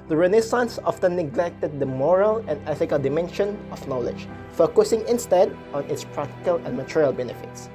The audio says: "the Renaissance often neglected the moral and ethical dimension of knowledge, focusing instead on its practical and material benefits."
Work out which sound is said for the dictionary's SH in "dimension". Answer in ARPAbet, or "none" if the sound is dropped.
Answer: SH